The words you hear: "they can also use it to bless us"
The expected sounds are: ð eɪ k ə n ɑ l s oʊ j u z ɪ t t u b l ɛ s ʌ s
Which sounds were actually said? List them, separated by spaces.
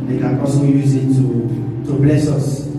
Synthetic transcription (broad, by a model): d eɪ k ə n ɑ s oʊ j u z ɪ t t u b l ɛ s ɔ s